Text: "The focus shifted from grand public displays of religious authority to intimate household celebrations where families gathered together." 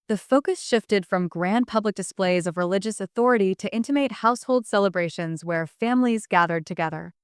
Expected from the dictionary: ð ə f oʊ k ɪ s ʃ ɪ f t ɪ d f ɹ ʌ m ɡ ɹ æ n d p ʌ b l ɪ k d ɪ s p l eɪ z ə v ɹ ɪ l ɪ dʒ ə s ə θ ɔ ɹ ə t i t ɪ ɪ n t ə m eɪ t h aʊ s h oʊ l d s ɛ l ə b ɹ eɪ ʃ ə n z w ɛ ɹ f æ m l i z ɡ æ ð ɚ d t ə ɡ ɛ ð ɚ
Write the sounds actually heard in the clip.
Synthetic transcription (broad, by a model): ð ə f oʊ k ɪ s ʃ ɪ f t ɪ d f ɹ ʌ m ɡ ɹ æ n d p ʌ b l ɪ k d ɪ s p l eɪ z ə v ɹ ɪ l ɪ dʒ ə s ə θ ɔ ɹ ə t i t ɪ ɪ n t ə m eɪ t h aʊ s h oʊ l d s ɛ l ə b ɹ eɪ ʃ ə n z w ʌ ɹ f æ m l i z ɡ æ ð ɚ d t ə ɡ ɛ ð ɚ